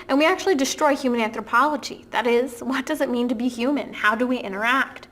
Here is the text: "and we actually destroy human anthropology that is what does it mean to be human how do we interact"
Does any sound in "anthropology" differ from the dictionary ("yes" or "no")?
no